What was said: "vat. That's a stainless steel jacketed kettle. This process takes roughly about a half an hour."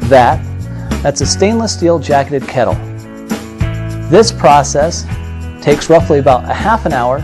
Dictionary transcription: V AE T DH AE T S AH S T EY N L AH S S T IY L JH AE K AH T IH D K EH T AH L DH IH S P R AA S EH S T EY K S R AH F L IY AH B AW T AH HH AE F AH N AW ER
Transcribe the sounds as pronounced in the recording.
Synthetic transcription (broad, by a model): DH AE T DH AE T S AH S T EY N L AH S S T IY L JH AE K AH T IH D K EH T L DH IH S P R AA S EH S T EY K S R AH F L IY AH B AW T AH HH AE F AH N AW ER